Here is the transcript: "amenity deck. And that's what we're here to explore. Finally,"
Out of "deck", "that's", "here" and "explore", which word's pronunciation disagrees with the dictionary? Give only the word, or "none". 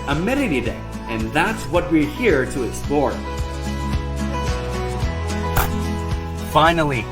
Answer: deck